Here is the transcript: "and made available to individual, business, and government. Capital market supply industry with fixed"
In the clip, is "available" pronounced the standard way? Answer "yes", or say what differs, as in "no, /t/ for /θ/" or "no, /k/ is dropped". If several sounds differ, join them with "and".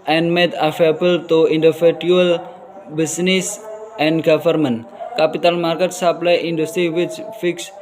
no, /f/ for /v/